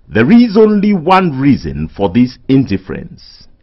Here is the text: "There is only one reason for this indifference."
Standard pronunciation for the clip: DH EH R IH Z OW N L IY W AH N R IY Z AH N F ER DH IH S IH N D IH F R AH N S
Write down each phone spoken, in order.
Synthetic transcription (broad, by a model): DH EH R IH Z OW N L IY W AH N R IY Z AH N F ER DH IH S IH N D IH F R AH N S